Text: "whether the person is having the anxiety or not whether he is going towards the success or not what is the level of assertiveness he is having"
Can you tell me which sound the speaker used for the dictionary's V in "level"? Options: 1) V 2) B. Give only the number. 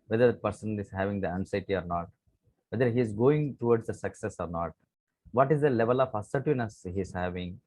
1